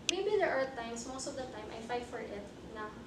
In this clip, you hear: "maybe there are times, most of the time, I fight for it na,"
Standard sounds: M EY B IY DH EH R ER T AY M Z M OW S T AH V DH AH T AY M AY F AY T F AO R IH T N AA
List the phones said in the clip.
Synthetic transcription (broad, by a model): M EY B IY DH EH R ER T AY M S M OW S T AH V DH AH T AY M AY F AY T F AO R IH T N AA